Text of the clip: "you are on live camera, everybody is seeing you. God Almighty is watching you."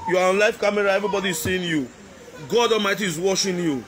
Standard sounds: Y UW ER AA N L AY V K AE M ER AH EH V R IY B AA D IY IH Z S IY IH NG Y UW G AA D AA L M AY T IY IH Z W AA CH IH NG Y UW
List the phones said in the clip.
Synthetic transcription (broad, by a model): Y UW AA AA N L AY F K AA M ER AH EH V R IY B AA D IY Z S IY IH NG Y UW G AA D AA L M AY T IY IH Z W AA SH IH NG Y UW